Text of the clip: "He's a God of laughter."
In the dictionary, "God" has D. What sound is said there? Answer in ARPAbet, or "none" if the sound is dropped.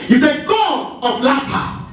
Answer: none